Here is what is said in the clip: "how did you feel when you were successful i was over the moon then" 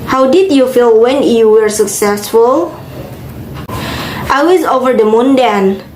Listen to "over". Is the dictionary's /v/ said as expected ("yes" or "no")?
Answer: yes